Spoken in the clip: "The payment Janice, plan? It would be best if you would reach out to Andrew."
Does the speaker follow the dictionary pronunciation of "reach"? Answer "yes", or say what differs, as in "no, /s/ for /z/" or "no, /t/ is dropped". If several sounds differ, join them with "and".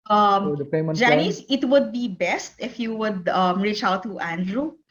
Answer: yes